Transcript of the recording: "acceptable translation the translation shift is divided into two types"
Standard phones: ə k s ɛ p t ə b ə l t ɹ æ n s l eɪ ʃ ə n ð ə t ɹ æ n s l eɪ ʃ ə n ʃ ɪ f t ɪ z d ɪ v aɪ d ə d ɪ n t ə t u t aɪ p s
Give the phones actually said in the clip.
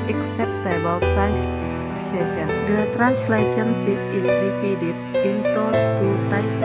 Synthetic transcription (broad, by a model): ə k s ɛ p t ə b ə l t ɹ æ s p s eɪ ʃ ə n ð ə t ɹ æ n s l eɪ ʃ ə n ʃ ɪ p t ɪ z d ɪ f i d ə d ɪ n t ə t u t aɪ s